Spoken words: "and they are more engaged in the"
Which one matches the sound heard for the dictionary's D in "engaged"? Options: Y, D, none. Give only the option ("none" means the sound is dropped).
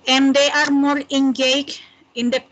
none